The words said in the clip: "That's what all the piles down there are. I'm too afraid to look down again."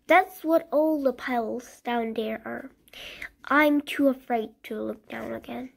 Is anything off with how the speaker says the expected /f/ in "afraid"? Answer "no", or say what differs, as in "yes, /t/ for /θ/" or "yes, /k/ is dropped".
no